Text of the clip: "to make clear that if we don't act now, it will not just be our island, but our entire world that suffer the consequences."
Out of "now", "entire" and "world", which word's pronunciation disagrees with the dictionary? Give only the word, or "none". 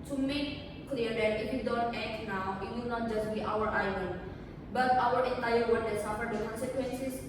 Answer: world